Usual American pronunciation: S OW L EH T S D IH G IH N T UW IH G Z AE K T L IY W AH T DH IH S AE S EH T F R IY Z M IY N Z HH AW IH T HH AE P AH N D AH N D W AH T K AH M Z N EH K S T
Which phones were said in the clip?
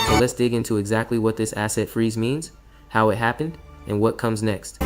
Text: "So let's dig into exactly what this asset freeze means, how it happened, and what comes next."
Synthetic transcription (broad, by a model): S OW L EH T S D IH G IH N T UW IH G Z AE K T L IY W AH T DH IH S AE S EH T F R IY Z M IY N Z HH AW IH T HH AE P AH N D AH N W AH T K AH M Z N EH K S T